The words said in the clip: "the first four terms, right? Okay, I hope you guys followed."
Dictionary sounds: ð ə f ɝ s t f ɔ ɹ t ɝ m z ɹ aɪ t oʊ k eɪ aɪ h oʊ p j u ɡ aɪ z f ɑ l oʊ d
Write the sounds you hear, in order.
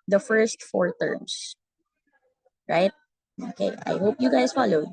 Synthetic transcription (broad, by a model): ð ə f ɝ s t f ɔ ɹ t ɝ m s ɹ aɪ t oʊ k eɪ aɪ h oʊ p j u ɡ aɪ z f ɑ l oʊ d